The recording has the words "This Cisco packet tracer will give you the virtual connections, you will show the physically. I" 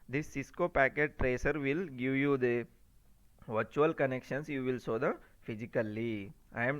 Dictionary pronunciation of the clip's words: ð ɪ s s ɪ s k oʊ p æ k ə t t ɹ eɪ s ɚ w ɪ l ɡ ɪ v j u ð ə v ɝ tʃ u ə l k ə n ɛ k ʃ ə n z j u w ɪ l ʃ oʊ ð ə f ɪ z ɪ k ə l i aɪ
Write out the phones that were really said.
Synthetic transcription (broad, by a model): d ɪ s s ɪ s k oʊ p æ k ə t t ɹ eɪ s ɚ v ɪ l ɡ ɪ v j u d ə v ɝ tʃ u ə l k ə n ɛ k ʃ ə n s j u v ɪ l s oʊ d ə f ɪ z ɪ k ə l i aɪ